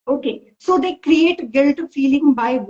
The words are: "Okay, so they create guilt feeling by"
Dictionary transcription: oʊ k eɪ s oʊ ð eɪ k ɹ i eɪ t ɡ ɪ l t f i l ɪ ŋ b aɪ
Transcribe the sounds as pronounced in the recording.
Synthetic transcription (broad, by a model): oʊ k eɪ s oʊ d eɪ k ɹ i eɪ t ɡ ɪ l t f i l ɪ ŋ b aɪ